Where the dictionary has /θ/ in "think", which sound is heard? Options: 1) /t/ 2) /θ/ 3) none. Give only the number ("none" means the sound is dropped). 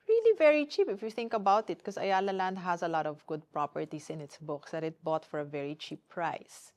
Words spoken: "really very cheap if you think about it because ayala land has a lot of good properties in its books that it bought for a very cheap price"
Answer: 2